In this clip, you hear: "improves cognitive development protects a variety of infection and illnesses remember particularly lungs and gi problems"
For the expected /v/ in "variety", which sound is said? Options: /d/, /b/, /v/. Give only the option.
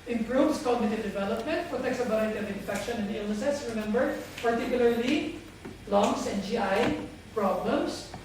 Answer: /b/